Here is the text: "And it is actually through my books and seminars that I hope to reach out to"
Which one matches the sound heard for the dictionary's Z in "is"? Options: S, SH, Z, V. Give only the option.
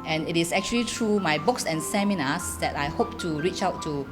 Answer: S